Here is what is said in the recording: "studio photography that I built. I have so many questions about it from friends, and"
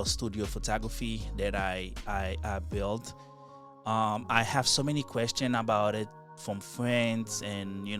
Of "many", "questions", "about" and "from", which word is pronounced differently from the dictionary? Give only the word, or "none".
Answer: questions